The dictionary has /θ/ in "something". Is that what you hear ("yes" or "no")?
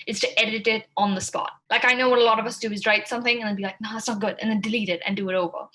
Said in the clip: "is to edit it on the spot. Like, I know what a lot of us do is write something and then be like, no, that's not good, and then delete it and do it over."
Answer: yes